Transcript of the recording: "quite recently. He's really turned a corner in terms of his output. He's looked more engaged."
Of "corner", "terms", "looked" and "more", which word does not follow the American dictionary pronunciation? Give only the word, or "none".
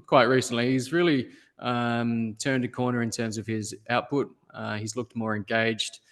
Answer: none